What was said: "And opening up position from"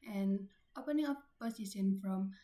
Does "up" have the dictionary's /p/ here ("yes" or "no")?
no